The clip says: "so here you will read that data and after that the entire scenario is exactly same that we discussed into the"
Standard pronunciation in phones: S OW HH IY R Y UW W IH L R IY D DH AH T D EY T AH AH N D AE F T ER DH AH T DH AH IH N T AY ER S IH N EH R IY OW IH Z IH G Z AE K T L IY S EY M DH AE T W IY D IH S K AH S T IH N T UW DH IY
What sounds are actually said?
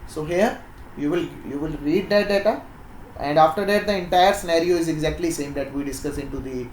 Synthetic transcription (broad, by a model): S OW HH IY R Y UW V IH L R IY D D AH T D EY T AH AH N D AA F T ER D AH T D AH IH N T AY ER S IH N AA R IY OW IH Z IH G Z AE K T L IY S EY M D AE T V IY D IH S K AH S IH N T UW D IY